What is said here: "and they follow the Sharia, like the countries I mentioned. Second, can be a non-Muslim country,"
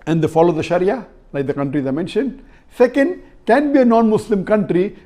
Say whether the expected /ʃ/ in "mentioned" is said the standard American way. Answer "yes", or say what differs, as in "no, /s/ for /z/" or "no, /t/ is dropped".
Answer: yes